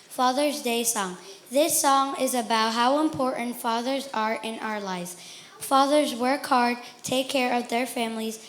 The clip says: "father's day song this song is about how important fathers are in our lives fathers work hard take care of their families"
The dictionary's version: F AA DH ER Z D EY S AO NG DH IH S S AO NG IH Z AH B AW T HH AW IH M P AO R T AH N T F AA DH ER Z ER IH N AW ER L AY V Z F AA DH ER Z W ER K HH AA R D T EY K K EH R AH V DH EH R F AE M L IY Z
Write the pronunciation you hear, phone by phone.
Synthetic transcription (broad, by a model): F AA DH ER Z D EY S AO NG DH IH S S AO NG IH Z AH B AW T HH AW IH M P AO R T N T F AA DH ER Z ER IH N AW ER L AY V Z F AA DH ER Z W ER K HH AA R D T EY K K EH R AH V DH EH R F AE M L IY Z